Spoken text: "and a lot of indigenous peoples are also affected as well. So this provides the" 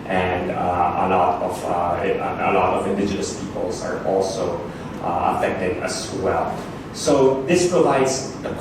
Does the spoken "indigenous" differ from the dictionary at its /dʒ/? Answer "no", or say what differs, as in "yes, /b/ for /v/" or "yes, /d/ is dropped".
no